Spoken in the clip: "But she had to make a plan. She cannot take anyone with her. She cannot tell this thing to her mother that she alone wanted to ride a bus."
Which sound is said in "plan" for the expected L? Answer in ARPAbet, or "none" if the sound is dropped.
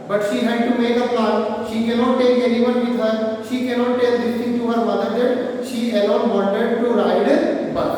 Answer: none